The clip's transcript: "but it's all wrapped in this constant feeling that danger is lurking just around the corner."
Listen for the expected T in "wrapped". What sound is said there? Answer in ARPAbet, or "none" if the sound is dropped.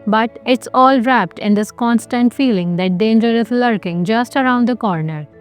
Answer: T